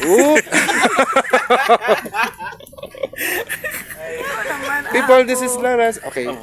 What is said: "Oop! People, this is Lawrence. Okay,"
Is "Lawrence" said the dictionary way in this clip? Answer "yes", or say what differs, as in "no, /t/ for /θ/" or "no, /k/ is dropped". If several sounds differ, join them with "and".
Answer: no, /n/ is dropped